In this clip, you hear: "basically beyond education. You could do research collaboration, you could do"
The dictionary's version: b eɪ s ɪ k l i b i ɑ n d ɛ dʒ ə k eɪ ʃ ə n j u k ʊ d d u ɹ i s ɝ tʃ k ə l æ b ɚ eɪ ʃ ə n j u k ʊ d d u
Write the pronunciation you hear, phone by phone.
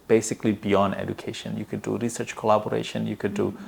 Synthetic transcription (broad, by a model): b eɪ s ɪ k l i b i ɑ n d ɛ dʒ ə k eɪ ʃ ə n j u k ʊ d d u ɹ i s ɝ tʃ k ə l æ b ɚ eɪ ʃ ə n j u k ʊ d d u